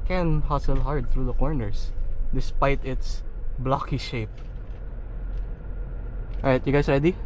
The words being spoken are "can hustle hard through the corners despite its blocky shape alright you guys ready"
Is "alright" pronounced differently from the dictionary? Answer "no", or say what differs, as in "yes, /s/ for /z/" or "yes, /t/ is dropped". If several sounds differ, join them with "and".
yes, /l/ is dropped